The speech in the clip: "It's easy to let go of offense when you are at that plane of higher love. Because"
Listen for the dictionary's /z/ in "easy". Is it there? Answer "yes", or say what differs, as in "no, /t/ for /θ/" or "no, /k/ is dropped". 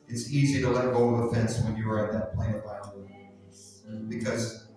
yes